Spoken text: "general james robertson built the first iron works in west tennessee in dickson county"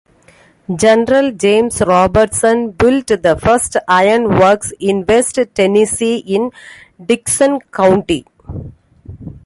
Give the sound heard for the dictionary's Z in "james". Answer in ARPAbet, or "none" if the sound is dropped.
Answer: S